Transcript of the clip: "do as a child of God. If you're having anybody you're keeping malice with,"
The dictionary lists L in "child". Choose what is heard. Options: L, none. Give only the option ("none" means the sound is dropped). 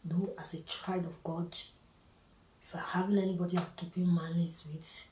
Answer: none